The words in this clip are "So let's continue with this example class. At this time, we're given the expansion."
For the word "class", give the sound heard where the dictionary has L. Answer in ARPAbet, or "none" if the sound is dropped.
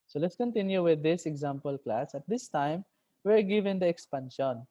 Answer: L